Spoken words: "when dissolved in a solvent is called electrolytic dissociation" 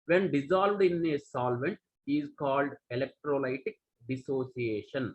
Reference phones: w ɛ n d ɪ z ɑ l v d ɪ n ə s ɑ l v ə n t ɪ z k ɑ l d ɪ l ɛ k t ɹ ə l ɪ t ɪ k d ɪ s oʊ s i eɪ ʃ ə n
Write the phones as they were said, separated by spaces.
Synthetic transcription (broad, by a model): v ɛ n d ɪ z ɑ l v d ɪ n ə s ɑ l v ə n t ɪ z k ɑ l d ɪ l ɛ k t ɹ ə l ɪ t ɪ k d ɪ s oʊ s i eɪ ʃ ə n